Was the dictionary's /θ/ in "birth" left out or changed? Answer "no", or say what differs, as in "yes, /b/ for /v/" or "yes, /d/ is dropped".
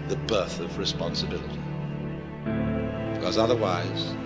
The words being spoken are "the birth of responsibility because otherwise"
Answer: no